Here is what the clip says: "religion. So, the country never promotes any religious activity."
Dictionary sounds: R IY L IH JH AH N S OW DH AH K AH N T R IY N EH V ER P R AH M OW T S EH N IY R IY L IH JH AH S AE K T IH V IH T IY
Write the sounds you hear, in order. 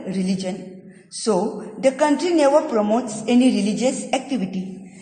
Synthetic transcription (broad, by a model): R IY L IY JH AH N S OW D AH K AH N T R IY N EH V ER P R AH M OW T S EH N IY R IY L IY JH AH S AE K T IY V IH T IY